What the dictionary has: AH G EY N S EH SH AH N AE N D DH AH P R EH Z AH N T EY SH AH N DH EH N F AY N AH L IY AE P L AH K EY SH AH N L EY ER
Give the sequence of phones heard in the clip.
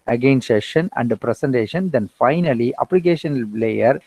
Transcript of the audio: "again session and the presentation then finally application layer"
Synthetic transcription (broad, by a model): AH G EY N S EH SH AH N AE N D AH P R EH S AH N T EY SH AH N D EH N F AY N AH L IY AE P L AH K EY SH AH N L EY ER